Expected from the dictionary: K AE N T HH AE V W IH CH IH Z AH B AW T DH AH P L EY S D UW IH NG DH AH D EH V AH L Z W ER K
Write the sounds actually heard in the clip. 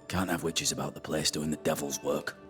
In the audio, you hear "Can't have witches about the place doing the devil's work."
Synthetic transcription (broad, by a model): K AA N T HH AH V W IH CH IH Z AH B AW T DH AH P L EY S D UW IH NG DH AH D EH V AH L Z W ER K